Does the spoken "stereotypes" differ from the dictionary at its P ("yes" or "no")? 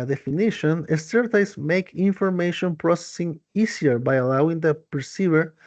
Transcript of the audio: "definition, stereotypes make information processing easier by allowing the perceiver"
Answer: yes